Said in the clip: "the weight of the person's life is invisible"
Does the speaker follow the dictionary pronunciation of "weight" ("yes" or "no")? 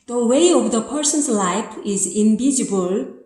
no